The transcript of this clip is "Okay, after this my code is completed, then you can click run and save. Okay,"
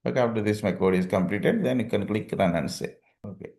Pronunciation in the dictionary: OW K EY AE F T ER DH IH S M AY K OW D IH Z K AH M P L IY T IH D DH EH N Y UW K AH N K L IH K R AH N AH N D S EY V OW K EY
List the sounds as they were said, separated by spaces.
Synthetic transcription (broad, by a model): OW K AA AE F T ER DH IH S M AY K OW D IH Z K AH M P L IY T IH D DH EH N Y UW K AH N K L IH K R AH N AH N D S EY OW K EY